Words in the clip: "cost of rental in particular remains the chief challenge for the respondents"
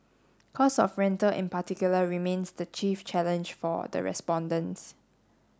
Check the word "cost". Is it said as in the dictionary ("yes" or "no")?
no